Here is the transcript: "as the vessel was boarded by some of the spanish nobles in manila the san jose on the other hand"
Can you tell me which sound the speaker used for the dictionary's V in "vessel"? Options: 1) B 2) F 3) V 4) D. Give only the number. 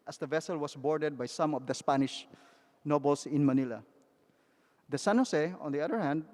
3